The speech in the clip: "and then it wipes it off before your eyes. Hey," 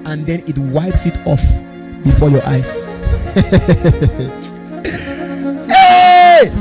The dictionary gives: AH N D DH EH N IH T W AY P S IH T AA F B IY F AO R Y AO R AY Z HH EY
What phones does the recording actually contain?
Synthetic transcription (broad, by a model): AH N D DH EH N IH T W AY P S IH T AA F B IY F AO Y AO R AY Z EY